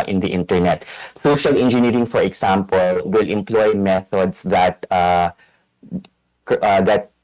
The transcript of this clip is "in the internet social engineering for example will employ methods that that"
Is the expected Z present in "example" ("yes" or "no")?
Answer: no